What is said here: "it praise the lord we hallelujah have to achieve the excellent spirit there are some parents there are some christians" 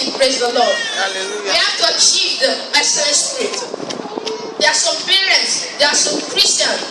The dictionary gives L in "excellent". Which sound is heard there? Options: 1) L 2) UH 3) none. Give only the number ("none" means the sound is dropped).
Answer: 3